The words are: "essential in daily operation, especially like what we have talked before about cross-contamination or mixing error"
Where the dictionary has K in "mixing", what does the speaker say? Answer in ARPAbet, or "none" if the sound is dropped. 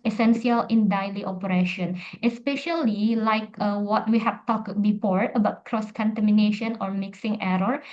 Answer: K